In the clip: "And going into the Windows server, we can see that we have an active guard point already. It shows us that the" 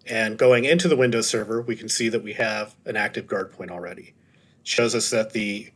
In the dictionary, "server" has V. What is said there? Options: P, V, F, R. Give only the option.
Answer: V